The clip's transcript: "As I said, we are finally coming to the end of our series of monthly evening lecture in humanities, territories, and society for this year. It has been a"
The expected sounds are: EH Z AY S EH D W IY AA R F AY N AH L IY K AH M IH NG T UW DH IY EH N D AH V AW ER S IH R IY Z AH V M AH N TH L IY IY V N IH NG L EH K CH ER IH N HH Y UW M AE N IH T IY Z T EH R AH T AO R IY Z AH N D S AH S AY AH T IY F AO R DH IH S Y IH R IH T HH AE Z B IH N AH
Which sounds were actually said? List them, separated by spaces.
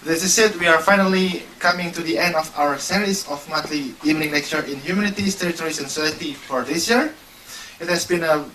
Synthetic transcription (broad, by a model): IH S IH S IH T W IY AA R F AY N AH L IY K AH M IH NG T UW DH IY EH N D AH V AW ER S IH R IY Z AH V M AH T L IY IY V N IH NG N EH K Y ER IH N HH Y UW M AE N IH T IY S T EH R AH T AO R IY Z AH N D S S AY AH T IY F AO R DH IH S Y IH R IH T HH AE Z B IH N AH